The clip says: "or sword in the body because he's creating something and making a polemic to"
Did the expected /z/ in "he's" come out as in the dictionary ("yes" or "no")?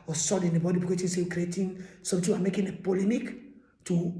no